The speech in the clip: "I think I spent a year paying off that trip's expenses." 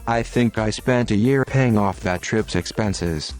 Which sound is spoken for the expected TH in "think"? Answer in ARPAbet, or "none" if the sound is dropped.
TH